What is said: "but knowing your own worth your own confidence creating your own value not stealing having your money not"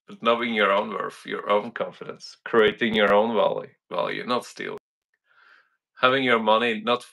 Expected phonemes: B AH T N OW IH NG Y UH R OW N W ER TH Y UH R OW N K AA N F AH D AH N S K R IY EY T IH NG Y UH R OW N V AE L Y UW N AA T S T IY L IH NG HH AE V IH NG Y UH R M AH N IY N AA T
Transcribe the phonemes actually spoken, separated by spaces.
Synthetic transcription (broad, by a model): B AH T N OW IH NG Y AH R OW N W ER F Y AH R OW N K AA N F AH D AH N S K R IY EY T IH NG Y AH R OW N V AE L Y UW N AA T S T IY L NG HH AE V IH NG Y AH R M AH N IY N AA T